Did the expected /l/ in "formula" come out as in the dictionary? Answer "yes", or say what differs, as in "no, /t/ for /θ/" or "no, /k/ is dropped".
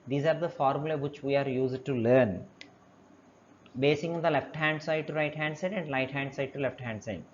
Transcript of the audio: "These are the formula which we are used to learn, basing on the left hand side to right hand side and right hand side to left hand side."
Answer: yes